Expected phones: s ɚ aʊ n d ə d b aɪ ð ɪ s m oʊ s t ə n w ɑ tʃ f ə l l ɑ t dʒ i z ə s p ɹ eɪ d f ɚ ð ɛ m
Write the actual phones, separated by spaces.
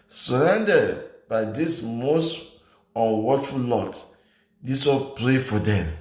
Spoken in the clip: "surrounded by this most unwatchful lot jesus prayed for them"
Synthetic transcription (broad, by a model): s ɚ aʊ n d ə d b aɪ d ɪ s m oʊ s t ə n w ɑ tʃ f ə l l ɑ t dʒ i s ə p ɹ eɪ f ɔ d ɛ m